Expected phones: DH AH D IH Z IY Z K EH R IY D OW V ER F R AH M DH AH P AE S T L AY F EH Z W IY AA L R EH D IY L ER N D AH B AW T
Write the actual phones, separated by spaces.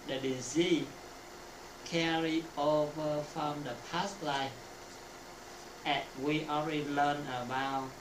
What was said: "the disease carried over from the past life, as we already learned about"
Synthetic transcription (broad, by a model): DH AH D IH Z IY K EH R IY OW V ER F R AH M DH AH P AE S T L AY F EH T W IY AA L R EH D IY L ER N AH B AW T